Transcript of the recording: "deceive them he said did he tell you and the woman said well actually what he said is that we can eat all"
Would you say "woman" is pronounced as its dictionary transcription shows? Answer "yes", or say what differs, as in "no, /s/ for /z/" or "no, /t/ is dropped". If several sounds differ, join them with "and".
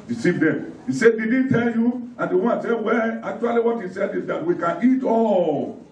no, /m/ is dropped